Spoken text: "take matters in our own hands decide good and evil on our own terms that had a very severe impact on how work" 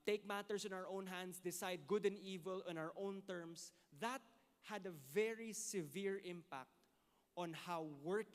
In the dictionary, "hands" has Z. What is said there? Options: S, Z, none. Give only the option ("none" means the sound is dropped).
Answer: S